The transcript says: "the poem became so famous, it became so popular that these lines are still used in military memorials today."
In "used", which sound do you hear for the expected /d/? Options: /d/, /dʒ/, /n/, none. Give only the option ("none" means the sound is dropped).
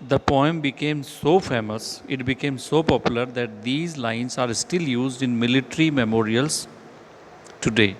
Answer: /d/